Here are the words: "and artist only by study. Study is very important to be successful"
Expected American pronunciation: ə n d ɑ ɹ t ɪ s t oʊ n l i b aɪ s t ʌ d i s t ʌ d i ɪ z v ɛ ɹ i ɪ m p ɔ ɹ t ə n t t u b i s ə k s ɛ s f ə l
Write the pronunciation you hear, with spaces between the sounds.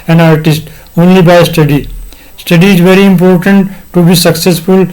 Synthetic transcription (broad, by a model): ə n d ɑ ɹ t ɪ s t oʊ n l i b aɪ s t ʌ d i s t ʌ d i ɪ z v ɛ ɹ i ɪ m p ɔ ɹ t ə n t t u b i s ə k s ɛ s f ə l